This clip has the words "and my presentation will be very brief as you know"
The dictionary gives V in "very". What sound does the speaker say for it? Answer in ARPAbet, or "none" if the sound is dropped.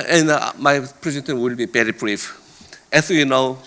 P